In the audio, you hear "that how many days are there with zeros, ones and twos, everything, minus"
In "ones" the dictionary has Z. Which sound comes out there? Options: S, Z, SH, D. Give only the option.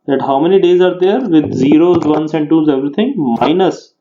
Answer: S